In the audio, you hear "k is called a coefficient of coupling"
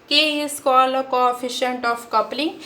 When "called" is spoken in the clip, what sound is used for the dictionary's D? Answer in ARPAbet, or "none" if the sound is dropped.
none